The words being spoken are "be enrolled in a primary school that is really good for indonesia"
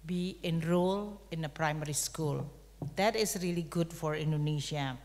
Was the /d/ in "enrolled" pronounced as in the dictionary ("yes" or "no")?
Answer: no